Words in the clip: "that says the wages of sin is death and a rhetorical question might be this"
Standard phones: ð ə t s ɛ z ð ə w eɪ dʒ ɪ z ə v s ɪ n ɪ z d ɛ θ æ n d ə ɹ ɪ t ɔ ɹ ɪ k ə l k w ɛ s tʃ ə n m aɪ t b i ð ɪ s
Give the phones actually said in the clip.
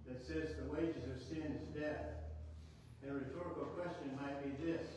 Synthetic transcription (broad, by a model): ð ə t s ɛ z ð ə w eɪ dʒ ɪ z ə v s ɪ n ɪ z d ɛ θ ə ɹ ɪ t ɔ ɹ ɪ k l k w ɛ s tʃ ə n m aɪ t b i ð ɪ s